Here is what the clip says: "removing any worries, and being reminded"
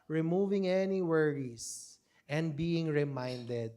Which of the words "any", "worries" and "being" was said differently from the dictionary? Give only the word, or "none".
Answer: worries